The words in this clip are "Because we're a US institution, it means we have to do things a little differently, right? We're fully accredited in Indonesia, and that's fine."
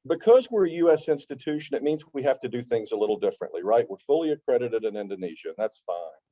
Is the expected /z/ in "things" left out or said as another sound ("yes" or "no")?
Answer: no